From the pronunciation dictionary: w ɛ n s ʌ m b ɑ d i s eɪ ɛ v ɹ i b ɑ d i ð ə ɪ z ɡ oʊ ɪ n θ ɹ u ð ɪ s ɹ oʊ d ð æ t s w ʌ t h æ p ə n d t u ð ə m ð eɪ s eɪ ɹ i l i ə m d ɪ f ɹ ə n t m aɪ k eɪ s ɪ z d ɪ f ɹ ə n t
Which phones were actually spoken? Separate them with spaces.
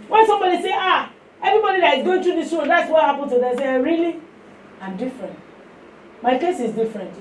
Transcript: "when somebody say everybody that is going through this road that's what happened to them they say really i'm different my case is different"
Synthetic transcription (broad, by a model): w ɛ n s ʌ m b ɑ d i s eɪ ɛ v ɹ i b ɑ d i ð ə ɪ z ɡ oʊ ɪ n t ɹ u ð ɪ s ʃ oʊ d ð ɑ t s w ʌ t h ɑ p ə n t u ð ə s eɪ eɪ ɹ i l i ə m d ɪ f ɹ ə n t m aɪ k eɪ s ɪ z d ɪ f ɹ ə n t